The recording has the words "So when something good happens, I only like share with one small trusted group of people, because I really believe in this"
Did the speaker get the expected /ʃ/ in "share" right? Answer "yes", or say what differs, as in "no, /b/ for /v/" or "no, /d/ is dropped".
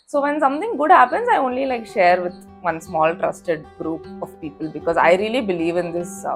yes